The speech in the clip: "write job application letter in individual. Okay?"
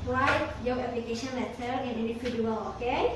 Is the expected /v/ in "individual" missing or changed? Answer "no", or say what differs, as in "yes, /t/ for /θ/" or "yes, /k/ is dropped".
yes, /f/ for /v/